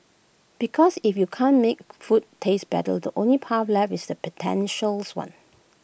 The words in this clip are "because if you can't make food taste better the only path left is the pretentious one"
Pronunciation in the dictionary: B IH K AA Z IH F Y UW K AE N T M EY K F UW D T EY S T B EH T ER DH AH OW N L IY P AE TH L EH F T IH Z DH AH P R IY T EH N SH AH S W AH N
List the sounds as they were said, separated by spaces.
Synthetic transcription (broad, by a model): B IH K AA S IH F Y UW K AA N M EY K F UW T EY S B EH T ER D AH OW N L IY P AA F L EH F IH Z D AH P IY T EH N SH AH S W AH N